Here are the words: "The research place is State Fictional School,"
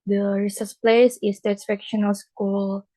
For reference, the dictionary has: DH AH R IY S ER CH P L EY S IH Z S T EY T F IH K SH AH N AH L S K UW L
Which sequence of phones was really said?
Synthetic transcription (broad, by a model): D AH R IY S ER S P L EY S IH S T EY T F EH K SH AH N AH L S K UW L